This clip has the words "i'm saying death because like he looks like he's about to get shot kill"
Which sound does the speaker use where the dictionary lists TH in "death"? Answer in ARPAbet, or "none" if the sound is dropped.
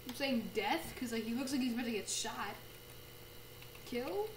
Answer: TH